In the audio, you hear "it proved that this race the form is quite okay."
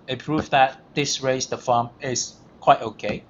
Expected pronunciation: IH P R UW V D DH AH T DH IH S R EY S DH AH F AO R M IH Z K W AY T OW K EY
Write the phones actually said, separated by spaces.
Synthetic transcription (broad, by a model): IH P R UW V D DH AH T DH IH S R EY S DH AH F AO M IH S K W AY T OW K EY